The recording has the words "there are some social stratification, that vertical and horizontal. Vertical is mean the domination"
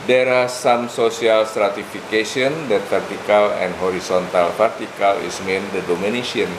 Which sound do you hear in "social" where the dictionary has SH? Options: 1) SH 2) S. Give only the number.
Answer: 2